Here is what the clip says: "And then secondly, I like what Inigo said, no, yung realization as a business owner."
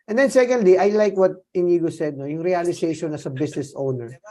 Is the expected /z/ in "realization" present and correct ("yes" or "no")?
no